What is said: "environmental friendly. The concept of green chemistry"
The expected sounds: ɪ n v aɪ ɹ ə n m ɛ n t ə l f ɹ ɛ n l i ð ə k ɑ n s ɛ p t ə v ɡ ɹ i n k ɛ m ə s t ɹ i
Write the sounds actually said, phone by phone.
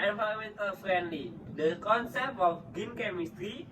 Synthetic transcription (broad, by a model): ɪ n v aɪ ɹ m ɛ n t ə l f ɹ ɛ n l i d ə k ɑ n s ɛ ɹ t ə f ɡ i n k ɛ m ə s t ɹ i